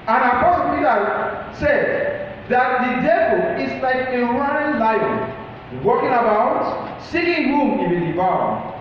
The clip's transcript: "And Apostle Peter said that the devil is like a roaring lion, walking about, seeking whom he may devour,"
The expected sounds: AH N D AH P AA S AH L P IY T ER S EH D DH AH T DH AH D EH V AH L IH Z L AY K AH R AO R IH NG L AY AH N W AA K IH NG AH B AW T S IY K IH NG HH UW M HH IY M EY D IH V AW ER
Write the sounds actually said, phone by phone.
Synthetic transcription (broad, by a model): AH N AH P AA S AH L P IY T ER S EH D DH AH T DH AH D EH V AH L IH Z L AY K AH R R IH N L AY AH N W AA K IH NG AH B AW T S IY IH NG HH UW M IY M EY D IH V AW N